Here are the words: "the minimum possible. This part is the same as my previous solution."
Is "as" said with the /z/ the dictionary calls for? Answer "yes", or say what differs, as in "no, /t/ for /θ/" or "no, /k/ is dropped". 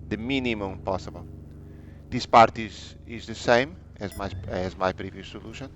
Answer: yes